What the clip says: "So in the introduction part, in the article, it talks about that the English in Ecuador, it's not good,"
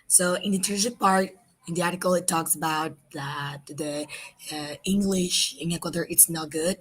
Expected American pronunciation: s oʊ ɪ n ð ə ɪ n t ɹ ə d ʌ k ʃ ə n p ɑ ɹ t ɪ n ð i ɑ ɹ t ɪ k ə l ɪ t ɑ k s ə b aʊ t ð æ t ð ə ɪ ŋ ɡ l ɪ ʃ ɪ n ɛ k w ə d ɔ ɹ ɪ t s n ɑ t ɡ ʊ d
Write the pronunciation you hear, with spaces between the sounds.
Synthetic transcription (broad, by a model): s oʊ ɪ n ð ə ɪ t ə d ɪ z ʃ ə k p ɑ ɹ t ɪ n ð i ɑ ɹ t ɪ k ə l ɪ t ɑ k s ə b aʊ t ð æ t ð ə ɪ ŋ ɡ l ɪ ʃ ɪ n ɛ k w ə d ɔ ɹ ɪ t s n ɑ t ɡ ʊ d